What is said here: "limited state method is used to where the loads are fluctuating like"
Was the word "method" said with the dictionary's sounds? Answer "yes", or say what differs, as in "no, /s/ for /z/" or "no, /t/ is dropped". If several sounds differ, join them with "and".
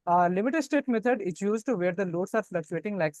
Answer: no, /t/ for /θ/